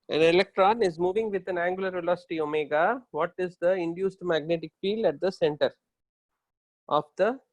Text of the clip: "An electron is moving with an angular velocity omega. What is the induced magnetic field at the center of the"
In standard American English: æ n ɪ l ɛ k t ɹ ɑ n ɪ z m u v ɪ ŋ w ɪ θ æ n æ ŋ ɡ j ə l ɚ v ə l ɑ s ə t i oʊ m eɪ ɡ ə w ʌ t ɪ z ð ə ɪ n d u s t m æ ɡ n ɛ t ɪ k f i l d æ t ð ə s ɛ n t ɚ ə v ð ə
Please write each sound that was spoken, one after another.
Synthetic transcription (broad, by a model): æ n ɪ l ɛ k t ɹ ɑ n ɪ z m u v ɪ ŋ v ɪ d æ n æ ŋ ɡ j ə l ɚ v ə l ɑ s ə t i oʊ m eɪ ɡ ə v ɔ t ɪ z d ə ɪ n d u s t m æ ɡ n ɛ t ɪ k f i l d æ t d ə s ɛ n t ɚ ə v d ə